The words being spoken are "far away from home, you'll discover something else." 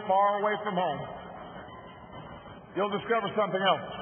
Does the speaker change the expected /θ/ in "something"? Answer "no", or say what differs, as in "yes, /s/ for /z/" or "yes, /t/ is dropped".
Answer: no